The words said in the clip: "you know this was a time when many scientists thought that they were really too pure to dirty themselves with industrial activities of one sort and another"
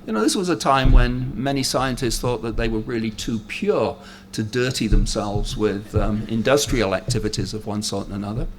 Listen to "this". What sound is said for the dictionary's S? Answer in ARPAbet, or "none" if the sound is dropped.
S